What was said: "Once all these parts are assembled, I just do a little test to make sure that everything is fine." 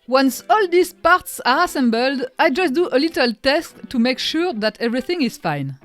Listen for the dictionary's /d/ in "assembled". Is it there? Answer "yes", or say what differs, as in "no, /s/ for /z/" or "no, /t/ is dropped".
yes